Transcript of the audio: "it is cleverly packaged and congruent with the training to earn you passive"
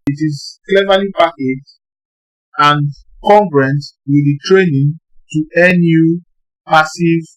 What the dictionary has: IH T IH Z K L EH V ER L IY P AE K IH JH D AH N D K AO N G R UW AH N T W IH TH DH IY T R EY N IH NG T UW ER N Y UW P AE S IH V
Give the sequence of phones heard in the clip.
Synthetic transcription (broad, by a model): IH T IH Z K L EH V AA L IY P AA K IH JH AH N K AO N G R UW N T W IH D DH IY T R EY N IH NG T UW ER N Y UW P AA S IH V